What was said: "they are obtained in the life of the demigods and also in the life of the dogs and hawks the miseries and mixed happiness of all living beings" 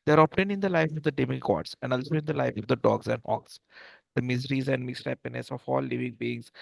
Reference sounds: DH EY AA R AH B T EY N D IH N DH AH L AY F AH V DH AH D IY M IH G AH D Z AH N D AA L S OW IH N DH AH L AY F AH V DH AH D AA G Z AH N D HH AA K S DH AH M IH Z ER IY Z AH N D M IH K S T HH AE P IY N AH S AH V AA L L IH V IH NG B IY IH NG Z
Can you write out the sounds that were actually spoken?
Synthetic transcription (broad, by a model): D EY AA R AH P T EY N IH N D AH L AY F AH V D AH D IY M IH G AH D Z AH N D AA L S OW IH N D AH L AY F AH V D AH D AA G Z AH N D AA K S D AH M IH Z ER IY Z AH N D M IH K S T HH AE P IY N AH S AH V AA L L IH V IH NG B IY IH NG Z